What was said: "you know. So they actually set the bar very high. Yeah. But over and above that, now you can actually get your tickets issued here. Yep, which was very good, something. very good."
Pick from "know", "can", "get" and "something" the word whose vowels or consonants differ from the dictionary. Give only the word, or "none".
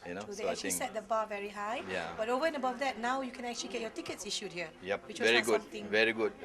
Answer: something